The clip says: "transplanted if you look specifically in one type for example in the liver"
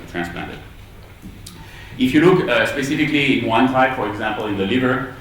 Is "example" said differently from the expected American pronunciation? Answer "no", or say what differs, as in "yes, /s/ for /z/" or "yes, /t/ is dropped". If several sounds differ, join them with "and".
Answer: no